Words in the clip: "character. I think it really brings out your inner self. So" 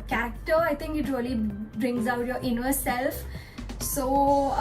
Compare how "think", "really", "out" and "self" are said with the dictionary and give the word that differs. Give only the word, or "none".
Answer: think